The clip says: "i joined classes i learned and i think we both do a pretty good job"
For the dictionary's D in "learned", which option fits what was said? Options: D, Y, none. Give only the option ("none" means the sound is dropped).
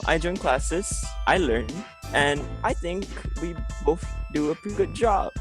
none